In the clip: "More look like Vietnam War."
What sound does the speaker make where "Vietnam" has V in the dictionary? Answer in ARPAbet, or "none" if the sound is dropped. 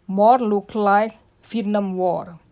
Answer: F